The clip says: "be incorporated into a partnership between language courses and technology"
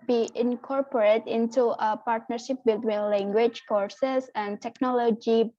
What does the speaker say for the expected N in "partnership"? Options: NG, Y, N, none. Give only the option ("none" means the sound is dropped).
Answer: N